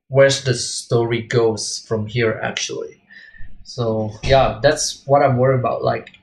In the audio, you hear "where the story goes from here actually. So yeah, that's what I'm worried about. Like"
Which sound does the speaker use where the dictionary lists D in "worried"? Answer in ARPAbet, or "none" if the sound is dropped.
none